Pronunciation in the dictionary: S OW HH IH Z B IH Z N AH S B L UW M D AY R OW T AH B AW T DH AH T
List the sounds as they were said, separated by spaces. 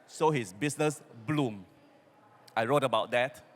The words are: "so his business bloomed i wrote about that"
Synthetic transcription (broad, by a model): S OW HH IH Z B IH S N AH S B L UW M AY R OW T AH B AW T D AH T